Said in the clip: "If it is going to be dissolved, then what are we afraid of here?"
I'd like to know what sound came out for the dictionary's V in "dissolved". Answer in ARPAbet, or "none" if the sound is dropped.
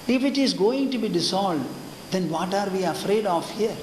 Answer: none